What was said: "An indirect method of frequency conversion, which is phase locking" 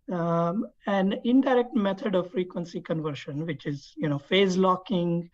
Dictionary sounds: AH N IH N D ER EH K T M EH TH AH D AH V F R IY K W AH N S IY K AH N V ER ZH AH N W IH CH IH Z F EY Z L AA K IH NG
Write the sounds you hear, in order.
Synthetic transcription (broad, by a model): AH N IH N D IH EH K T M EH T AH D AH V F R IY K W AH N S IY K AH N V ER SH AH N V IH CH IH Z F EY Z L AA K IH NG